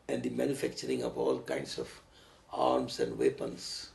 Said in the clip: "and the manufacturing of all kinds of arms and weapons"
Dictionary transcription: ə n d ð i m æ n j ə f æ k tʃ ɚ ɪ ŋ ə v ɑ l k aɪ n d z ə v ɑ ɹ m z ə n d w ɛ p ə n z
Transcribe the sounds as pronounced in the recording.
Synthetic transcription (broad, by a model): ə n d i m æ n j ə f æ k tʃ ɚ ɪ ŋ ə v ɑ l k aɪ n d s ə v ɑ ɹ m s ə n d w ɛ p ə n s